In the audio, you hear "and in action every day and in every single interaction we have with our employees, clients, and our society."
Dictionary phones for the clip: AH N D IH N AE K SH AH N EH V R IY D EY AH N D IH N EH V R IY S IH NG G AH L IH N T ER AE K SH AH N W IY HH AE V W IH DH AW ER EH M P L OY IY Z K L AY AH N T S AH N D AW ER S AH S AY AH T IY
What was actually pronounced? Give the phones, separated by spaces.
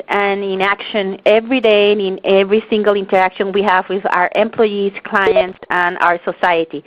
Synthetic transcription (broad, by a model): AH N IH N AE K SH AH N EH V R IY D EY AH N IH N EH V R IY S IH NG G AH L IH N T ER AE K SH AH N W IY HH AE V W IH DH AW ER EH M P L OY IY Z K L AY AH N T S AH N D AW ER S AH S AY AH T IY